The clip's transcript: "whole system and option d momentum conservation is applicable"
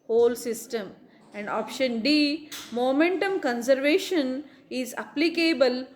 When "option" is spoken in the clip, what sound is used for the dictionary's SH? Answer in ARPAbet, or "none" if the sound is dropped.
SH